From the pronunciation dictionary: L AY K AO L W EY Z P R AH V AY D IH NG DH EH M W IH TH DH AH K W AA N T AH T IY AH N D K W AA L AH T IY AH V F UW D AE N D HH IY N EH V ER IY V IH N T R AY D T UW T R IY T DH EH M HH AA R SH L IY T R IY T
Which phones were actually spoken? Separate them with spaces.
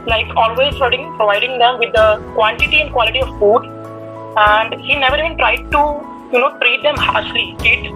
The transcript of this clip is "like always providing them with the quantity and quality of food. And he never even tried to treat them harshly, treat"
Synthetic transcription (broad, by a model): L AY K AO L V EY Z P R AH V AY D IH NG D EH M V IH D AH K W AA N T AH T IY AH N D K W AA L AH T IY AH V F UW D AE N D HH IY N EH V ER IY V IH N T R AY D T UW T R IY T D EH M HH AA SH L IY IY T